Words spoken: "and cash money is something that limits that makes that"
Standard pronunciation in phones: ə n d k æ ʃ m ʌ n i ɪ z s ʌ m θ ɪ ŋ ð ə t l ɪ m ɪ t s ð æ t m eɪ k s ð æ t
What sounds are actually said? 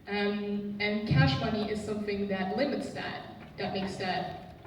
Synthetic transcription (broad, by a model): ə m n k æ ʃ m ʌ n i ɪ z s ʌ m θ ɪ ŋ ð ə t l ɪ m ɪ t s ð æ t m eɪ k s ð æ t